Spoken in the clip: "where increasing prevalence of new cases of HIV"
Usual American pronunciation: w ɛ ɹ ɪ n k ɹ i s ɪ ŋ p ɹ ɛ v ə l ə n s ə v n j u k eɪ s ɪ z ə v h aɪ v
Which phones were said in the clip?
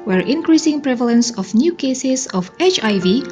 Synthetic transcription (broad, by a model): w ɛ ɹ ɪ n k ɹ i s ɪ ŋ p ɹ ɛ v ə l ə n s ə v n j u k eɪ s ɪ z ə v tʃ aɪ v